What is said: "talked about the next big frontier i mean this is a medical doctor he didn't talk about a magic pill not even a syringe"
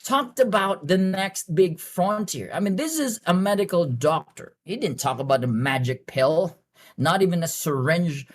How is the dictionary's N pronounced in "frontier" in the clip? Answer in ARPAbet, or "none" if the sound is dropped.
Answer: N